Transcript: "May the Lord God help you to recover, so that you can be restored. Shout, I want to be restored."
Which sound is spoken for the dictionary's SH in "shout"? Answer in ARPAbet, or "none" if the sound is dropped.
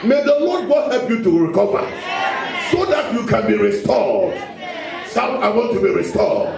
S